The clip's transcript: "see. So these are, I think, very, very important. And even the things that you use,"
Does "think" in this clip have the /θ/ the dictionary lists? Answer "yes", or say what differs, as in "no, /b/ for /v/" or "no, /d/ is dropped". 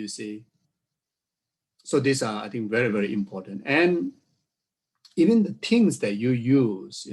no, /t/ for /θ/